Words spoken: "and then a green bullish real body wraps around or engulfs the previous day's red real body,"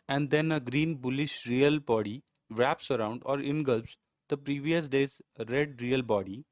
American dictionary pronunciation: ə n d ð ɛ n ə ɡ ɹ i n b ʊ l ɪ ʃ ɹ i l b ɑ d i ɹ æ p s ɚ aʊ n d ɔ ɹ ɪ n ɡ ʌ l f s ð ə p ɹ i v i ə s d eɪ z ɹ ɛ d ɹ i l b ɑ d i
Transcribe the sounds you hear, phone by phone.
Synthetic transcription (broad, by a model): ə n d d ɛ n ə ɡ ɹ i n b ʊ l ɪ ʃ ɹ i l b ɑ d i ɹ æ p s ɚ aʊ n d ɔ ɹ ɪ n ɡ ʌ l p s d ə p ɹ i v i ə s d eɪ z ɹ ɛ d ɹ i l b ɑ d i